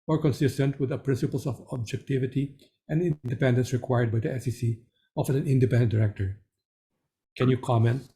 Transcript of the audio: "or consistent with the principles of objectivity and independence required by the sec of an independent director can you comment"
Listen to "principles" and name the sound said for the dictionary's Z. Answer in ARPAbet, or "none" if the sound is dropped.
S